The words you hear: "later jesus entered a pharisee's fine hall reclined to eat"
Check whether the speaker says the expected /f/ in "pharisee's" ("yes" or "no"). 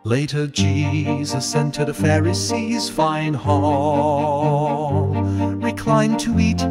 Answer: yes